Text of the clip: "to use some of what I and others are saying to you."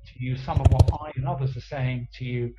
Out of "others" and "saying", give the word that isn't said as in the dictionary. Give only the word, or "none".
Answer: none